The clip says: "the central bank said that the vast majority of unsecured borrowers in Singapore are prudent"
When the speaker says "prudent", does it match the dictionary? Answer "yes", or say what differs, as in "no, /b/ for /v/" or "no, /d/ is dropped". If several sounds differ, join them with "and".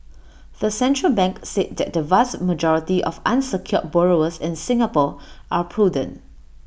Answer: no, /t/ is dropped